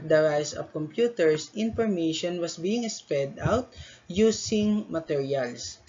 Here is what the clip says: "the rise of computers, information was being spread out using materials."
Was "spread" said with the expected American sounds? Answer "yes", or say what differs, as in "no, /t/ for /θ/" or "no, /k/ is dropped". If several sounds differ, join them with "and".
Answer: no, /ɹ/ is dropped